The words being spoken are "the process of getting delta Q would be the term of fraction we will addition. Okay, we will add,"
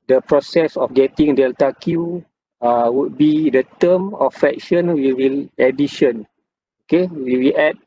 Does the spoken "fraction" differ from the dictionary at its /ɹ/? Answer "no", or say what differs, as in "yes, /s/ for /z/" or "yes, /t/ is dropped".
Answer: yes, /ɹ/ is dropped